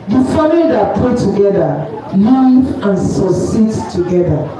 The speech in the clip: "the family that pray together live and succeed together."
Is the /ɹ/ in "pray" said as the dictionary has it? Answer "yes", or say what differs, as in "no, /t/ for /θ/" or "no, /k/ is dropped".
no, /ɹ/ is dropped